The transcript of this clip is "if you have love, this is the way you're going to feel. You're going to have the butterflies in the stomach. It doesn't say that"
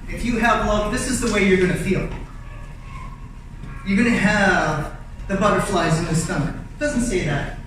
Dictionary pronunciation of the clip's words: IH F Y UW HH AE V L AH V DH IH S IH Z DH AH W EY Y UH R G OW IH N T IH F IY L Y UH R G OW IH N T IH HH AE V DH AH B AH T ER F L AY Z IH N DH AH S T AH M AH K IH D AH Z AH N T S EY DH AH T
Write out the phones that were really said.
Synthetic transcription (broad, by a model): IH F Y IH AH V L AH V DH IH S IH Z DH AH W EY Y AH R G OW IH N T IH F IY L Y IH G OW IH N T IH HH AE V DH AH B AH T ER F L AY Z IH N DH AH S S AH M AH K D AH Z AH N T S EY DH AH T